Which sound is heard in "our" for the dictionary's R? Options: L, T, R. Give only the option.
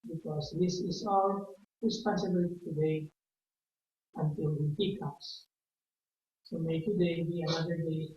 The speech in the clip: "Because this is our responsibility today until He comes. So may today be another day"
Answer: L